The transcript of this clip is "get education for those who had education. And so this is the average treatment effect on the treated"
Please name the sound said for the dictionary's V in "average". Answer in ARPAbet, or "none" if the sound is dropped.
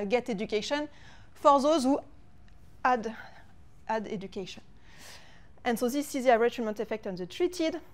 none